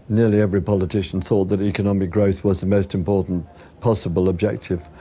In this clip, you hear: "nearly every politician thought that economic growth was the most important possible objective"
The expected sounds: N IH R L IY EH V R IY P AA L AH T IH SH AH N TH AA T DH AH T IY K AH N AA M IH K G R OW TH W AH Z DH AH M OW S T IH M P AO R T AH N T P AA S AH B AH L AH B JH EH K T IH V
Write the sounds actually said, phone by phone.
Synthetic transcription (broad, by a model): N IH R L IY EH V R IY P AA L AH T IH SH AH N TH AA T DH AH T IY K AH N AA M IH K G R OW TH W AH Z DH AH M OW S T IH M P AO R T N P AA S AH B AH L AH B JH EH K T IH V